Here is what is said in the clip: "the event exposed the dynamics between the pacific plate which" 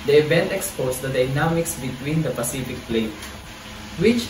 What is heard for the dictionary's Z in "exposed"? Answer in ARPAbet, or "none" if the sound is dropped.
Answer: S